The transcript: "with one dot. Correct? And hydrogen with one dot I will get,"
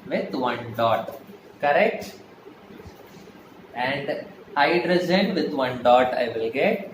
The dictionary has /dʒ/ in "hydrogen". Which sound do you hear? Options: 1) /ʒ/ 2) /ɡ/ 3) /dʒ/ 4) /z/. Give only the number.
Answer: 4